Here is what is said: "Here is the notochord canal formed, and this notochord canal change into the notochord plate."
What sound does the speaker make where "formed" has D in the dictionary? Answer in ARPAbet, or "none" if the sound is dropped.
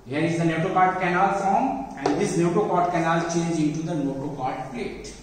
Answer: none